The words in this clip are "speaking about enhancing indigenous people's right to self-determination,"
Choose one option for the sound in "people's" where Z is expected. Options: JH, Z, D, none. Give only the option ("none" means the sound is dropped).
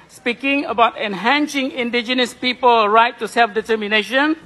none